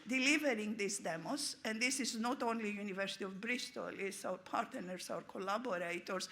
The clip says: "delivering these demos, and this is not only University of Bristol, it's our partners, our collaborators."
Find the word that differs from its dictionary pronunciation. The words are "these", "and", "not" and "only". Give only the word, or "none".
these